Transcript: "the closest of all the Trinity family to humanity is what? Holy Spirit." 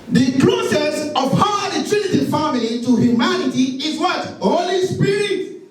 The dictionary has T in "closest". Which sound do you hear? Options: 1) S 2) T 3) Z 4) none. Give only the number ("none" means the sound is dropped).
4